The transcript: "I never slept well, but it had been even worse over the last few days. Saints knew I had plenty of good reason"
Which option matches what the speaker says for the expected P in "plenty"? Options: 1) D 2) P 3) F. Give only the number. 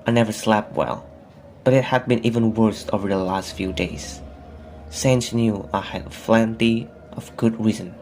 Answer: 3